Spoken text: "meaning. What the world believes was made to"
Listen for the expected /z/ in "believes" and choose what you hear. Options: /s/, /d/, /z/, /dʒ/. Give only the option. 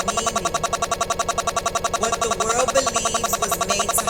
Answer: /z/